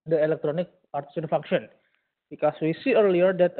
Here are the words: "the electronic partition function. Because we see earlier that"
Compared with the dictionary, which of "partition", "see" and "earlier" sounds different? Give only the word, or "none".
partition